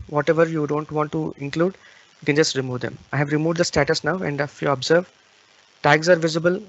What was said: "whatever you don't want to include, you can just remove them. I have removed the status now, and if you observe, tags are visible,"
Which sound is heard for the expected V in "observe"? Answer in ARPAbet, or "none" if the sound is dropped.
V